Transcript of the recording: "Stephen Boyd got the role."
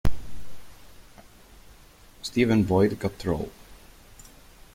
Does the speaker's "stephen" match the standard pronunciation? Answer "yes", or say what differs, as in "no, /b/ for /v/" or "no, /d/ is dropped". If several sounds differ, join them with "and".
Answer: yes